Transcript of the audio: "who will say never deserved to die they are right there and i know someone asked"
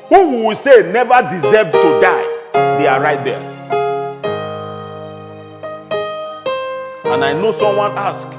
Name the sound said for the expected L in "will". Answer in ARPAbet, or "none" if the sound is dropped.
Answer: W